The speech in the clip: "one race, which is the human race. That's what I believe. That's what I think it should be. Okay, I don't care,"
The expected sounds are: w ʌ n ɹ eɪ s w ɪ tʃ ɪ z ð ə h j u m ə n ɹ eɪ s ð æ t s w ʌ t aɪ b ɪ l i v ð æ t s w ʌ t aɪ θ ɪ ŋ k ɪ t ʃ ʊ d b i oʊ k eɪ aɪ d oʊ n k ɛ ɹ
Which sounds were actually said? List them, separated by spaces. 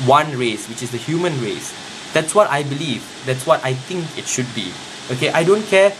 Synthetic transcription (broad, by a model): w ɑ n ɹ eɪ s w ɪ tʃ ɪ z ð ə h j u m ə n ɹ eɪ s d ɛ t s w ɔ t aɪ b ɪ l i v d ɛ t s w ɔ t aɪ t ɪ ŋ k ɪ t ʃ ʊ d b i oʊ k eɪ aɪ d oʊ n k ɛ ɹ